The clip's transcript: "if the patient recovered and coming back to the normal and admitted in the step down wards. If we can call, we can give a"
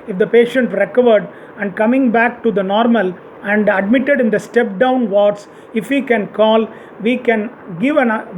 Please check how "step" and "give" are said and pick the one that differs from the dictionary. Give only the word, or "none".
none